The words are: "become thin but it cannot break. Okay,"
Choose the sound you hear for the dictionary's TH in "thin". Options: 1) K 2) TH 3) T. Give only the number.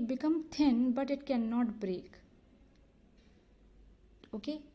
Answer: 3